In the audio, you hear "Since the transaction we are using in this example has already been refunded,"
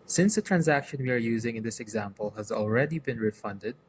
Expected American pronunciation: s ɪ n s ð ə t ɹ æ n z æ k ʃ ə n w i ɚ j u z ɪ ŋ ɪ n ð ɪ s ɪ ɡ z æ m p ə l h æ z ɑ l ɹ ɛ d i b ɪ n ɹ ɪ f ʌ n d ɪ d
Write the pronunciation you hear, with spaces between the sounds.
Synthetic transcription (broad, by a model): s ɪ n s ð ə t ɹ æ n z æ k ʃ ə n w i ɚ j u z ɪ ŋ ɪ n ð ɪ s ɪ ɡ z æ m p ə l h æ z ɑ l ɹ ɛ d i b ɪ n ɹ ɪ f ʌ n d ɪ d